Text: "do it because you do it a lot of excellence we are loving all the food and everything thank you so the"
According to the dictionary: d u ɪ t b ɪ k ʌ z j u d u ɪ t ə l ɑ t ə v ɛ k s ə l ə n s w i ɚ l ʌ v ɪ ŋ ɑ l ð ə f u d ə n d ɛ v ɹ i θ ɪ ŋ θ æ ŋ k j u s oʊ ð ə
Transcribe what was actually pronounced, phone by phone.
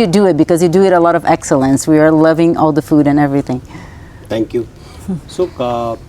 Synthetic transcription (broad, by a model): d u ɪ t b ɪ k ʌ z j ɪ d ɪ ɪ t ə l ɑ t ə v ɛ k s ə l ə n s w i ɚ l ʌ v ɪ ŋ ɑ l ð ə f u d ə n ɛ v ɹ i θ ɪ ŋ t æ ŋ k j u s oʊ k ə